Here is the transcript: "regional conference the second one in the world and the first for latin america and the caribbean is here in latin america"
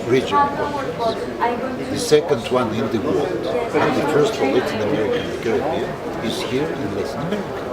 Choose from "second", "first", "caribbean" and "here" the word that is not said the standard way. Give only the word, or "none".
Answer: caribbean